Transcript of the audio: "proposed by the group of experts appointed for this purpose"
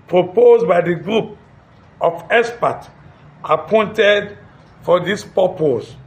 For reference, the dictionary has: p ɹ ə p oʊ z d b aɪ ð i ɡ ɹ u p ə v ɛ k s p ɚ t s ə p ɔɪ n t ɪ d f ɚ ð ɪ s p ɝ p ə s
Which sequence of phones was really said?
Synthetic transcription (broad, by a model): p ɹ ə p oʊ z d b aɪ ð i ɡ ɹ u p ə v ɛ s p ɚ t ə p ɔɪ n t ɪ d f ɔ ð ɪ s p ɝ p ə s